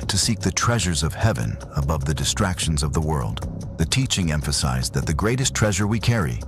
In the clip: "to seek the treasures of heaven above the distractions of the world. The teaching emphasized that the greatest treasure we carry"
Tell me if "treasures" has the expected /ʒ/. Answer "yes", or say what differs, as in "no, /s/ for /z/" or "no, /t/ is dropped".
yes